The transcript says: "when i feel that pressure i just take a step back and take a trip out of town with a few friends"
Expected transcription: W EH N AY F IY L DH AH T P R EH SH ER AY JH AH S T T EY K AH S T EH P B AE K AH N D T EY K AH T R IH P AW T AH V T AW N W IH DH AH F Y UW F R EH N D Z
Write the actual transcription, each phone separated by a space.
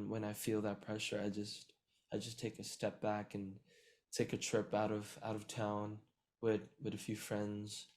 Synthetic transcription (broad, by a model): W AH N AY F IY L DH AH T P R EH SH ER AY JH AH S T T EY K AH S T EH P B AE K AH N T EY K AH T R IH P AW T AH V T AW N W IH DH AH F Y UW F R EH N D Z